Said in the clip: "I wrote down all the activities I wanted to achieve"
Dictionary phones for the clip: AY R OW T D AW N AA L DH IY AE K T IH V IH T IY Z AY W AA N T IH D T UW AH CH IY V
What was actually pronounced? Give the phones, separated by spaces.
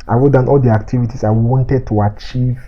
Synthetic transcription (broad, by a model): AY W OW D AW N AA L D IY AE K T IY V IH T IY S AY W AA N T IH D T UW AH CH IY V